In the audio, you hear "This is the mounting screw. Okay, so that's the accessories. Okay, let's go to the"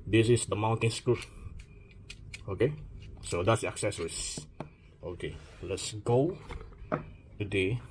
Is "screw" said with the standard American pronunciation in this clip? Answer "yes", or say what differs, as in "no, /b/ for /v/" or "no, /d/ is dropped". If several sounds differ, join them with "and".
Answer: no, /ɹ/ is dropped